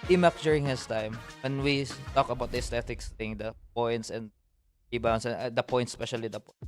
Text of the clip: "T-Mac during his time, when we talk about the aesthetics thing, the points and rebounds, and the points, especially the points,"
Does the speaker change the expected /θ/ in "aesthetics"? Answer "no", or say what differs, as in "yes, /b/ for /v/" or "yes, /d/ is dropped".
yes, /t/ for /θ/